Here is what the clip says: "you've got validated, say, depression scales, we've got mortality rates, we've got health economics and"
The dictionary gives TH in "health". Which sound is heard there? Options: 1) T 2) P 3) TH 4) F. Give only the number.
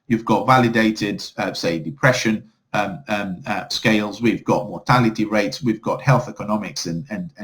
3